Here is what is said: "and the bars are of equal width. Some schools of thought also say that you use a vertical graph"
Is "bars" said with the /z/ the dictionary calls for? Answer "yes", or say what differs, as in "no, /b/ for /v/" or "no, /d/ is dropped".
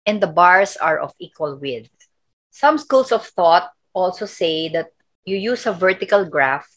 no, /s/ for /z/